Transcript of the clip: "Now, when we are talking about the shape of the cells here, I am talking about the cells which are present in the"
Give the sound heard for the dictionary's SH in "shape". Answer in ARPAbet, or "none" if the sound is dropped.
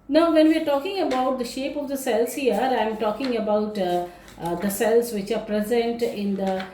SH